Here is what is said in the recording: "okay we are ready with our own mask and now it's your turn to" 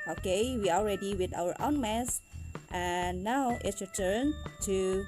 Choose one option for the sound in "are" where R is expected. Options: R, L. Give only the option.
L